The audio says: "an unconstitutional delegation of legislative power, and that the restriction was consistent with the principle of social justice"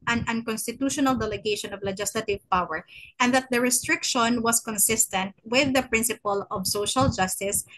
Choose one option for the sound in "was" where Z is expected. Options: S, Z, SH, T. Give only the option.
S